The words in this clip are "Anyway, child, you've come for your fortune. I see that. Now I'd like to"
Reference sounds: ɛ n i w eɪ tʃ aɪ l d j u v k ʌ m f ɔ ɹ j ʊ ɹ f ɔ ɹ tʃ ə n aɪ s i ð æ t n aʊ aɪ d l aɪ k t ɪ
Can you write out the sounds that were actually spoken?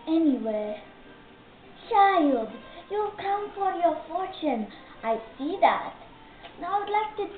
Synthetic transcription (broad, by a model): ɛ n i w eɪ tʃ aɪ l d j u k ʌ m f ɔ ɹ j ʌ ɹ f ɔ ɹ tʃ ə n aɪ s i ð æ t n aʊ aɪ d l aɪ k t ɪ